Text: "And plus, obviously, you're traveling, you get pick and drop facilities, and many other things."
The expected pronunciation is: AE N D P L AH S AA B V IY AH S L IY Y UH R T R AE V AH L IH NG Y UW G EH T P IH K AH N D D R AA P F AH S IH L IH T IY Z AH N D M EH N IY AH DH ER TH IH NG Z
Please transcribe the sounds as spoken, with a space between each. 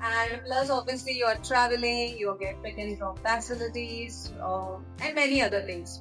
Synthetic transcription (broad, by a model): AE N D P L AH S AA B V IY AH S L IY Y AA R T R AE V AH L IH NG Y UW G EH T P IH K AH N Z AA F F AH S IH L IH T IY Z AH N D M EH N IY AH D ER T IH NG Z